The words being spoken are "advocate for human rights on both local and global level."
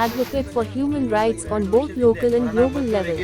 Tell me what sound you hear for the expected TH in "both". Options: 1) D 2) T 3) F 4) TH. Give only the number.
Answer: 2